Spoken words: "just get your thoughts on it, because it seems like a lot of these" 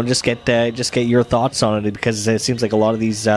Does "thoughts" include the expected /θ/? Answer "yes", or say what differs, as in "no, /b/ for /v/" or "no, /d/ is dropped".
yes